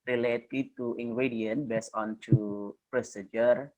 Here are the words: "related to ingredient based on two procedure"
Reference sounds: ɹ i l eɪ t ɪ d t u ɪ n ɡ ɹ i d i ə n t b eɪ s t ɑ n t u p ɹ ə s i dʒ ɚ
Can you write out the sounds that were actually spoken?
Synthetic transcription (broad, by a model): ɹ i l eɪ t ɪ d t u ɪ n ɡ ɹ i d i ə n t b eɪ s ɑ n t u p ɹ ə s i dʒ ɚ